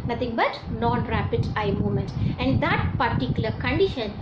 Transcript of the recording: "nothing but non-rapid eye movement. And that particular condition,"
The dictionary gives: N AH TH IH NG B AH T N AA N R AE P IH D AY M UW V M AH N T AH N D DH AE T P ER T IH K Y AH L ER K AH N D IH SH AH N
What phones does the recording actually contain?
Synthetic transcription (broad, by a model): N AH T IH NG B AH T N AA N R AE P IH D AY M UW M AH N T AH N D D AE T P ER T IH K Y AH L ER K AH N D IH SH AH N